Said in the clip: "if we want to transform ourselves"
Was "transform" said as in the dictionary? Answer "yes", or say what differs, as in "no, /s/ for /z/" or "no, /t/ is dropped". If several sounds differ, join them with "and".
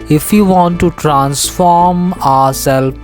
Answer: yes